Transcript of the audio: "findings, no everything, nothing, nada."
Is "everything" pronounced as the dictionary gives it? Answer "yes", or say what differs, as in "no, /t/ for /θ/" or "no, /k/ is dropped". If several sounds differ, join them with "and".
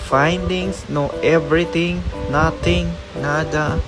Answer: no, /t/ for /θ/